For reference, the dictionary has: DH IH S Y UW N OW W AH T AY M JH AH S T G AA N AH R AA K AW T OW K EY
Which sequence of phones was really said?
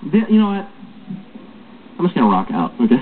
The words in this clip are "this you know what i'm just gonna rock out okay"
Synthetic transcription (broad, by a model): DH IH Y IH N OW W AH T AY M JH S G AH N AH R AA K AW T OW K EY